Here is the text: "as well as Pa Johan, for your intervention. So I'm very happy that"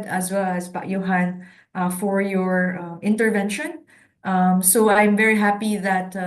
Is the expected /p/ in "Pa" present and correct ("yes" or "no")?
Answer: no